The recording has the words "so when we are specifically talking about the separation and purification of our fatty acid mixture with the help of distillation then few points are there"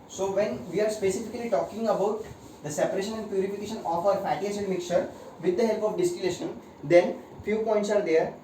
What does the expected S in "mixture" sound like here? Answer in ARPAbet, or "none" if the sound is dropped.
none